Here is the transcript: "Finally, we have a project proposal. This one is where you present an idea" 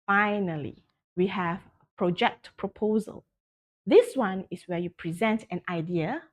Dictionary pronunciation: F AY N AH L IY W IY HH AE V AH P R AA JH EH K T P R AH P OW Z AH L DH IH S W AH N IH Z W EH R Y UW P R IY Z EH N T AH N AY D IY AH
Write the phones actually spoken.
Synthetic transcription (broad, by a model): F AY N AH L IY W IY HH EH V AH P R AA JH EH K T P R AH P OW Z AH L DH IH S W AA N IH S W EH Y UW P R IY Z EH N T AH N AY D IY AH